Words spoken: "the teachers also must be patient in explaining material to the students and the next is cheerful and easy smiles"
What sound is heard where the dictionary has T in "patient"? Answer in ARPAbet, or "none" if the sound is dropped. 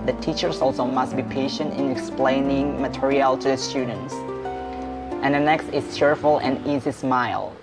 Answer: T